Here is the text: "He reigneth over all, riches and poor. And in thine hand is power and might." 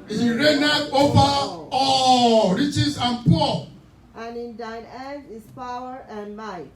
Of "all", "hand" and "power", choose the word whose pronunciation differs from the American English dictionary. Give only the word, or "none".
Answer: hand